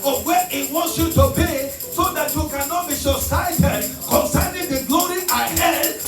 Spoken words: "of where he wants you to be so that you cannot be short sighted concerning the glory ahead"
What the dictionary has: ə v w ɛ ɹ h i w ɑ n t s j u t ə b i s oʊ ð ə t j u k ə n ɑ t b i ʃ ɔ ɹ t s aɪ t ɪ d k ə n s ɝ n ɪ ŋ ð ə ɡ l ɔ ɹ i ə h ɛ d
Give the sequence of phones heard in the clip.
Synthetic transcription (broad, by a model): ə w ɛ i w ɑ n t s j u t ə b i s oʊ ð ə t j u k ə n ɑ t b i s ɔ s aɪ t ɪ d k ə n s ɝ n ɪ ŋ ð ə ɡ l ɔ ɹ i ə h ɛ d